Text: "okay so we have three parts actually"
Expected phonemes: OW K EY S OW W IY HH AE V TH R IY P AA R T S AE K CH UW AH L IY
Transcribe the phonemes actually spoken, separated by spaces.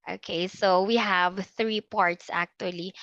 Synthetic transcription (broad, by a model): OW K EY S OW W IY HH AE V TH R IY P AA R T S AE K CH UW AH L IY